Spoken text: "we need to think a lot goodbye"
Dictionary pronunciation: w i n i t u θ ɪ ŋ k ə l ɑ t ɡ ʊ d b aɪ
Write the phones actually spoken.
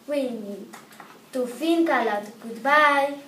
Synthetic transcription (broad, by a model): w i n i t u f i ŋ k ə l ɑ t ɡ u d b aɪ